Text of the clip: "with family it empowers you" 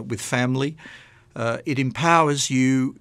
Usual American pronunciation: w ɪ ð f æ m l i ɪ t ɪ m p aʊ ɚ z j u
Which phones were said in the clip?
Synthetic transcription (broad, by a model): w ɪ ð f æ m l i ɪ t ɪ m p aʊ ɚ z j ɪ